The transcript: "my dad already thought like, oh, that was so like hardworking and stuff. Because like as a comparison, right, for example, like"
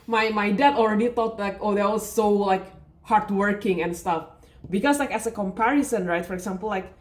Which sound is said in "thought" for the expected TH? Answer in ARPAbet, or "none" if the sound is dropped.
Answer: T